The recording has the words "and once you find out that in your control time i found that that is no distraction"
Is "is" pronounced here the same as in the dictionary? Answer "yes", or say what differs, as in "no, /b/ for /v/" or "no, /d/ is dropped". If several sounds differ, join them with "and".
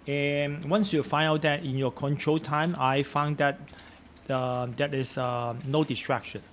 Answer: no, /s/ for /z/